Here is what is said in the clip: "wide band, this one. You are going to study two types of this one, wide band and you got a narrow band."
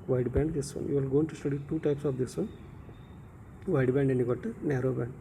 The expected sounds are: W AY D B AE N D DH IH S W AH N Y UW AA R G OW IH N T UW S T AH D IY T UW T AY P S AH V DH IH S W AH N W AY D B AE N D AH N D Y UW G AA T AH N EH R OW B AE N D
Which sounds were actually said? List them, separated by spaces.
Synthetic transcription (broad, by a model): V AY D B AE N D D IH S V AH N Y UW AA L G OW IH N T UW S T AH D IY T UW T AY P S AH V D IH S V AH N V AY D B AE N D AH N Y UW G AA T AH N EH R OW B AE N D